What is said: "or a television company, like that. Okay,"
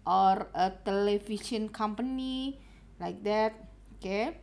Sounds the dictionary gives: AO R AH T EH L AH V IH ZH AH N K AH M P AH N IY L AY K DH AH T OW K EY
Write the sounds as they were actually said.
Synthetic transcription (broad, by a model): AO R AH T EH L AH F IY S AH N K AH M P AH N IY L AY K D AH T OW K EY